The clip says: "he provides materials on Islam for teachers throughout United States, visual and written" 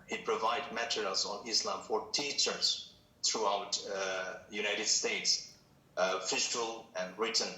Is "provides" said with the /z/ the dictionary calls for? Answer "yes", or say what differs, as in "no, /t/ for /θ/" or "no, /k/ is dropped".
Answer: no, /z/ is dropped